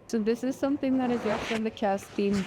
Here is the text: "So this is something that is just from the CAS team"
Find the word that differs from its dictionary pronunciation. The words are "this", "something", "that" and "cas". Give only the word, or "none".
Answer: none